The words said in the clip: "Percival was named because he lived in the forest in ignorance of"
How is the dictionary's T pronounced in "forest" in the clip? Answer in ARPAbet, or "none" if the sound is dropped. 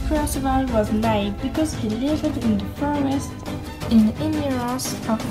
T